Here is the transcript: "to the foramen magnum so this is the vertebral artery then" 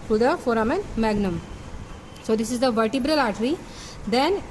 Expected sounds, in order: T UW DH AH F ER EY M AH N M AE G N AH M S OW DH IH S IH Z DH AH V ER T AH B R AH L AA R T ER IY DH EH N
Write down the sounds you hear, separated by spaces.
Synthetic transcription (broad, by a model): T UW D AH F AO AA M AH N M AE G N AH M S OW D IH S IH Z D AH V ER T AH B R AH L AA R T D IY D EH N